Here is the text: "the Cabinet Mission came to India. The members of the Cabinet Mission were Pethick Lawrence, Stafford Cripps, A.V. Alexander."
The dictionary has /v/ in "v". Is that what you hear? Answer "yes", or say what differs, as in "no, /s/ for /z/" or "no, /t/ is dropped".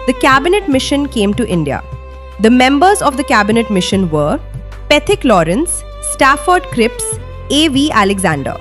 yes